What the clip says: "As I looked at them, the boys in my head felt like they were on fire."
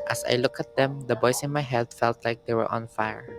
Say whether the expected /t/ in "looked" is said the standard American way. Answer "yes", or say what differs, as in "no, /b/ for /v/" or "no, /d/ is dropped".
no, /t/ is dropped